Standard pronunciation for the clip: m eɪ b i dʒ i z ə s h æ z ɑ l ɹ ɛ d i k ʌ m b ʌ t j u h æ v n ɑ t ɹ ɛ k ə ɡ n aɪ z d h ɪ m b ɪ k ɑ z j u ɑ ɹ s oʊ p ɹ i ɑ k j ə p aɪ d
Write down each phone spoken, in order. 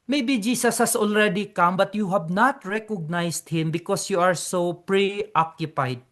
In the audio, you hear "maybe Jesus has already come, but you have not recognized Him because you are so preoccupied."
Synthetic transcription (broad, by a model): m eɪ b i dʒ i s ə s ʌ s ɑ l ɹ ɛ d i k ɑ m b ʌ t j u h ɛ b n ɑ t ɹ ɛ k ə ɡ n aɪ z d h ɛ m b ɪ k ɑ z j u ɑ ɹ s oʊ p ɹ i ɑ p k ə p aɪ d